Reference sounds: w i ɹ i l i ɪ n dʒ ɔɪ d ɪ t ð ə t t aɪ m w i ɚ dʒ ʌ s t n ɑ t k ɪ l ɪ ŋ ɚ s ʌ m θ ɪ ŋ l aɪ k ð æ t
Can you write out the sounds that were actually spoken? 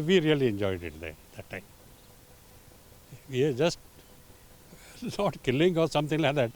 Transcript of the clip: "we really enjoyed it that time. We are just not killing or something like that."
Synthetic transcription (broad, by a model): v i ɹ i l i ɪ n dʒ ɔɪ d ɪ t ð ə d t aɪ m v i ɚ dʒ ʌ s t n ɑ t k ɪ l ɪ ŋ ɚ s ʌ m t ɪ ŋ l aɪ k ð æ t